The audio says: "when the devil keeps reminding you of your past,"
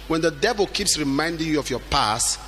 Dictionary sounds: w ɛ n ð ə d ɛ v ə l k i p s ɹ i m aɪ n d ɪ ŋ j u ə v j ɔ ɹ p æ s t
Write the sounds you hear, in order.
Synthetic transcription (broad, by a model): w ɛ n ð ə d ɛ v ə l k i p s ɹ i m aɪ n d ɪ ŋ j u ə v j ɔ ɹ p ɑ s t